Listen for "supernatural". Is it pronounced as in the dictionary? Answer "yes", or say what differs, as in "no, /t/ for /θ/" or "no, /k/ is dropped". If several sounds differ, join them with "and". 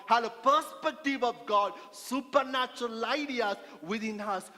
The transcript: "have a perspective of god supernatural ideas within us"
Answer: yes